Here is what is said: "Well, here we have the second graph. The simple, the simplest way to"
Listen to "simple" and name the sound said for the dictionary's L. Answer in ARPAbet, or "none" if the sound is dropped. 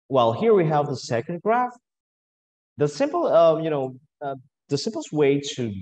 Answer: N